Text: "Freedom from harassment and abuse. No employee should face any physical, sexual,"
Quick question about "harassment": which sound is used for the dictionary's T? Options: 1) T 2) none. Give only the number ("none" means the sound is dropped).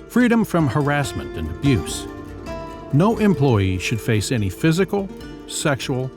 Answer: 1